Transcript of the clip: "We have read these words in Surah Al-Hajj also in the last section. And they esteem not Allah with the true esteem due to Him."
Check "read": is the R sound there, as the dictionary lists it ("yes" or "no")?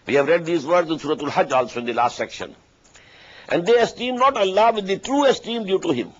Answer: yes